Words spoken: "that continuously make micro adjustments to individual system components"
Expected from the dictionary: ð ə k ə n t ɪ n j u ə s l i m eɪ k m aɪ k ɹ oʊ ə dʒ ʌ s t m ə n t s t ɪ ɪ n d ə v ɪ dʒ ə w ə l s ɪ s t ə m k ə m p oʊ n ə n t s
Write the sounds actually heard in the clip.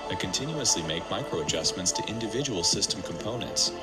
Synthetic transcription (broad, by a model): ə k ə n t ɪ n j u ə s l i m eɪ k m aɪ k ɹ oʊ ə dʒ ʌ s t m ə n t s t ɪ ɪ n d ə v ɪ dʒ ə w ə l s ɪ s t ə m k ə m p oʊ n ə n t s